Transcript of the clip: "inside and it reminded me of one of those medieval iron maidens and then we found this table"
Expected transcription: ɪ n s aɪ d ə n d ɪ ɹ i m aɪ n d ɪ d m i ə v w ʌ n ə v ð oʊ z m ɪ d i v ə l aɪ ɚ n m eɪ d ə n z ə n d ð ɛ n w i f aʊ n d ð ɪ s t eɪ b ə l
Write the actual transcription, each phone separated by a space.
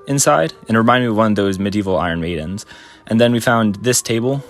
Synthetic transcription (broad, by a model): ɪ n s aɪ d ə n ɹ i m aɪ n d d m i ə v w ʌ n ə v ð oʊ z m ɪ d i v l aɪ ɚ n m eɪ d n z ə n ð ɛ n w i f aʊ n ð ɪ s t eɪ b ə l